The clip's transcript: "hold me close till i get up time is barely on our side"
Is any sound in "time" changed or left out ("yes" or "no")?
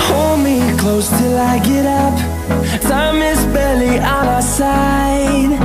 yes